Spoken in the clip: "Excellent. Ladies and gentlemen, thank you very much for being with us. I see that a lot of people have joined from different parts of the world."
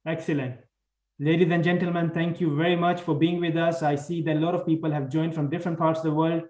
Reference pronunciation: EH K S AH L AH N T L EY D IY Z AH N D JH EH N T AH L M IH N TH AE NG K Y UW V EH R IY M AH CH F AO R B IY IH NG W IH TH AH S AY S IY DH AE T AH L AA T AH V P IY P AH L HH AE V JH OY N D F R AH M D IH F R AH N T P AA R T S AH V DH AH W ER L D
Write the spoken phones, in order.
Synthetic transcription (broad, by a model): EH K S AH L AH N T L EY D IY Z AH N D JH EH N T AH L M IH N T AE NG K Y UW V EH R IY M AH CH F AO R B IY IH NG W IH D AH S AY S IY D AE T L AA T AH V P IY P AH L HH AE V JH OY N D F R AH M D IH F R AH N T P AA R T S AH V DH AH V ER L D